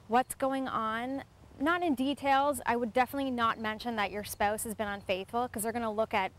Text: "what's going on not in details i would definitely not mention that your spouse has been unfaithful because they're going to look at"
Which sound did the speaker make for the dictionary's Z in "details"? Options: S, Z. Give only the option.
Z